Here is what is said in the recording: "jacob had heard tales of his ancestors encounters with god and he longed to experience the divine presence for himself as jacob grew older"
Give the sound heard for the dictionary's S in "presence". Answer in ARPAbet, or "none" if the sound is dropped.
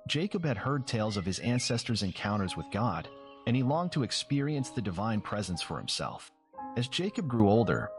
S